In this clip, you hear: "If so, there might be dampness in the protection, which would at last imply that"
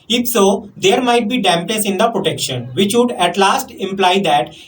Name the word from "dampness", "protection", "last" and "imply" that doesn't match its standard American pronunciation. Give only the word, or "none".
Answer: dampness